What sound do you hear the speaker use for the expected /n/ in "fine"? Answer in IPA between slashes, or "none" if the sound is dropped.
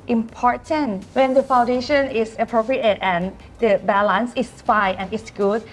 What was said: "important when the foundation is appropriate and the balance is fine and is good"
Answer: none